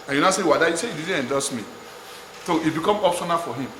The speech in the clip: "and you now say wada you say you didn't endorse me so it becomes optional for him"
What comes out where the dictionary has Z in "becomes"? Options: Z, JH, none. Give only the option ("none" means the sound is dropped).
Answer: none